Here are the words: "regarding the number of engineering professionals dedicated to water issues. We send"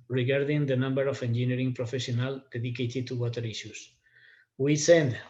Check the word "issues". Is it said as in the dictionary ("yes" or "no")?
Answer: no